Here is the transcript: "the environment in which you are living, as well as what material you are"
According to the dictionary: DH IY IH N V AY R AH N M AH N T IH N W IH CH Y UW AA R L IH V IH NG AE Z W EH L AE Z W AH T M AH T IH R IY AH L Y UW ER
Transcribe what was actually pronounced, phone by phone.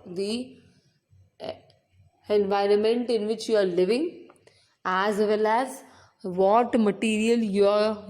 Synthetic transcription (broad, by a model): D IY IH N V AY R AH N M AH N T IH N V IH CH Y UW AA R L IH V IH NG AE Z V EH L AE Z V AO T M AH T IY R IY AH L Y UW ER